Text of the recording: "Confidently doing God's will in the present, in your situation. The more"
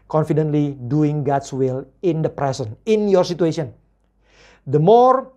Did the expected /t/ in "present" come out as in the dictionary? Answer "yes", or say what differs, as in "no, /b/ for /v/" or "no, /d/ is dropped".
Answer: no, /t/ is dropped